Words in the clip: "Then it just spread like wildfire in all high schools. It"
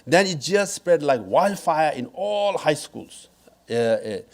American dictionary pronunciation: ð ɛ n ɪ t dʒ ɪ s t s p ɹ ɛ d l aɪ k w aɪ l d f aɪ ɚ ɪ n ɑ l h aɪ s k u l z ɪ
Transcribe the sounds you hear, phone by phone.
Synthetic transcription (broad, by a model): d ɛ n ɪ t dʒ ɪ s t s p ɹ ɛ d l aɪ k w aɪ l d f aɪ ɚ ɪ n ɑ l h aɪ s k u l s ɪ